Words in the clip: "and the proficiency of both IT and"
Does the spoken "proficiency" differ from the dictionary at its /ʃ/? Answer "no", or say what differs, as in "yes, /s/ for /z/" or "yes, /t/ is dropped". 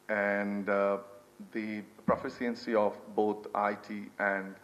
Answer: yes, /s/ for /ʃ/